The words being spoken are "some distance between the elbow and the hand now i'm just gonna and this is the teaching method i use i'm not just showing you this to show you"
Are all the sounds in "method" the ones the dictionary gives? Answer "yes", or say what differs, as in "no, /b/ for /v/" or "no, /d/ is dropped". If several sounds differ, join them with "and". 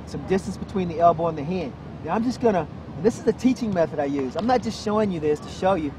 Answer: yes